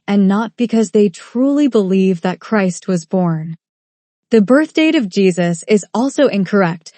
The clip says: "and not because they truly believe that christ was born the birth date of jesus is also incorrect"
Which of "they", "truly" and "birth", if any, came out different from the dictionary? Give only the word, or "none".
none